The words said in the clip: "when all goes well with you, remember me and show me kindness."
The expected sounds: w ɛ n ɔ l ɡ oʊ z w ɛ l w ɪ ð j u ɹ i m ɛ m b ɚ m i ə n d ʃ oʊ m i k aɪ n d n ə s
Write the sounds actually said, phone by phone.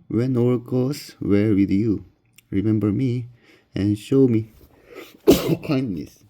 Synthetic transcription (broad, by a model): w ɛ n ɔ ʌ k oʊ s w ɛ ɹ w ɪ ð j u ɹ i m ɛ m b ɚ m i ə n ʃ oʊ m i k aɪ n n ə s